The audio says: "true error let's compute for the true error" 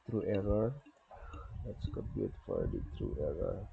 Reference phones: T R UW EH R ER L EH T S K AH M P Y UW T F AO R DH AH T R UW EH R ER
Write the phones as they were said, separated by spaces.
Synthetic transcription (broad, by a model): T R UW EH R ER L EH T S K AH P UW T F AO R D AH T R UW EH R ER